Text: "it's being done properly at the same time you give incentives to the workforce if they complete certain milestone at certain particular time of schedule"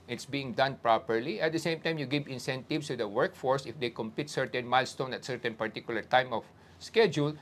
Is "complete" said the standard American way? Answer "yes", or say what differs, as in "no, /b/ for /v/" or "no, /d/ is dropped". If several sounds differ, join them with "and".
no, /l/ is dropped